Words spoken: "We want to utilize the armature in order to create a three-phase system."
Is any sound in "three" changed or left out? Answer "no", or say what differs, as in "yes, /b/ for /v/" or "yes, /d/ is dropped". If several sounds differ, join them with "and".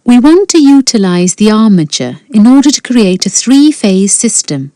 no